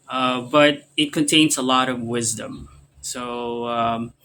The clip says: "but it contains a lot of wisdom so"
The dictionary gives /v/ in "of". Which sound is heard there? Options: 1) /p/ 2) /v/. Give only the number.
2